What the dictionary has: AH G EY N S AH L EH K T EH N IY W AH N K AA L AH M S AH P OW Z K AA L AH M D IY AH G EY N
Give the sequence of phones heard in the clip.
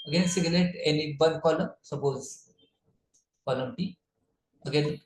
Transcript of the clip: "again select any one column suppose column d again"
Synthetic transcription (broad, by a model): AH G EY N S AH L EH T EH N IY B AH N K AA L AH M S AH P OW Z K AA L AH M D IY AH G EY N